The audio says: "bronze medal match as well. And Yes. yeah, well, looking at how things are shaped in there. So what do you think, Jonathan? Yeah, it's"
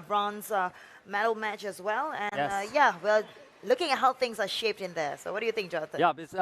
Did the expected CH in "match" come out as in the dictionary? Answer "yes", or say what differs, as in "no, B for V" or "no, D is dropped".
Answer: yes